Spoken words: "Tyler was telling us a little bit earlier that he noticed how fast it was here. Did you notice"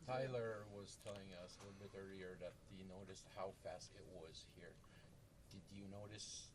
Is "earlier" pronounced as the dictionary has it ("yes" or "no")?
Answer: no